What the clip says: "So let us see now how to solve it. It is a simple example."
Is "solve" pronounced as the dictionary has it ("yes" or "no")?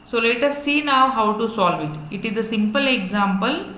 yes